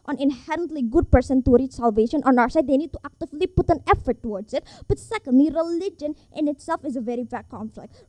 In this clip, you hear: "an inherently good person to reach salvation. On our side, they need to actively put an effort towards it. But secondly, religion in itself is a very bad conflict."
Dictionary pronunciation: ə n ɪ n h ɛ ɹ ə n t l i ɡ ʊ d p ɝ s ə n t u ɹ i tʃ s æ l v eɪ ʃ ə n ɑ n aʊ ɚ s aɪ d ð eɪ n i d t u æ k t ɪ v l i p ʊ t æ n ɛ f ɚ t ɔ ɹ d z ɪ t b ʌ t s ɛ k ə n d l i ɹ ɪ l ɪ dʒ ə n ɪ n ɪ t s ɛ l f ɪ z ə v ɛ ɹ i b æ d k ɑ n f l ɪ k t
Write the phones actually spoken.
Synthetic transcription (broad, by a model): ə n ɪ n h ɛ ɹ ə n t l i ɡ ʊ d p ɝ s ə n t u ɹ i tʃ s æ l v eɪ ʃ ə n ɑ n aʊ ɚ s aɪ d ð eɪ n i d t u æ k t ɪ v l i p ʊ t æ n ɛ f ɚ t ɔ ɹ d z ɪ t b ʌ t s ɛ k ə n d l i ɹ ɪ l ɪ dʒ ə n ɪ n ɪ t s ɛ l f ɪ z ə v ɛ ɹ i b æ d k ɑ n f l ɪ k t